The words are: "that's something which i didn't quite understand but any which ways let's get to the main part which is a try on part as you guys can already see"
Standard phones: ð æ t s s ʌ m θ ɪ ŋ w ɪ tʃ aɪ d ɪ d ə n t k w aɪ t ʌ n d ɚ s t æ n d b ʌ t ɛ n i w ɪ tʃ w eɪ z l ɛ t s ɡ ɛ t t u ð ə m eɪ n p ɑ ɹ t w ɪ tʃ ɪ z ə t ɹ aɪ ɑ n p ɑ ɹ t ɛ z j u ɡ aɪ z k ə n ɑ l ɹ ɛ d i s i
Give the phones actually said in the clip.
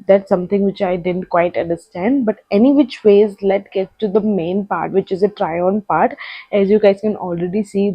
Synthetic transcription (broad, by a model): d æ t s s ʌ m t ɪ ŋ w ɪ tʃ aɪ d ɪ d ə n t k w aɪ t ʌ n d ɚ s t æ n d b ʌ t ɛ n i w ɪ tʃ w eɪ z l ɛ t ɡ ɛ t t u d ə m eɪ n p ɑ ɹ t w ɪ tʃ ɪ z ə t ɹ aɪ ɑ n p ɑ ɹ t ɛ z j u ɡ aɪ z k ə n ɑ l ɹ ɛ d i s i